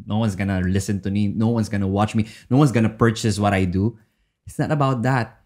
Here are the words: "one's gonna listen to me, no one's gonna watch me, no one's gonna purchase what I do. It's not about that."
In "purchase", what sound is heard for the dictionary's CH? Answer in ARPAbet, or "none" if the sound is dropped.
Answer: CH